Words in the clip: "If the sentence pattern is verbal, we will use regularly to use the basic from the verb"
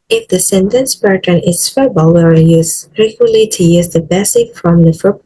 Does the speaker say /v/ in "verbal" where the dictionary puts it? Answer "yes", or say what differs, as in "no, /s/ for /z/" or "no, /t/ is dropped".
no, /f/ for /v/